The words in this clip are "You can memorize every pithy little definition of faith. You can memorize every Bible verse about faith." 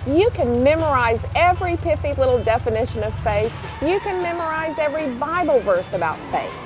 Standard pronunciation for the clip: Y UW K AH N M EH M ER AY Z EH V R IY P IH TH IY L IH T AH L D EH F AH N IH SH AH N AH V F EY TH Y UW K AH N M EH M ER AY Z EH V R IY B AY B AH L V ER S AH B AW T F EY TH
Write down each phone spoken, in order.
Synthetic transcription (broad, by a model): Y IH K AH N M EH M ER AY Z EH V R IY P IH F IY L IH T L D EH F AH N IH SH AH N AH V F EY TH Y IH K AH N M EH M ER AY Z EH V R IY B AY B L V ER S AH B AW T F EY TH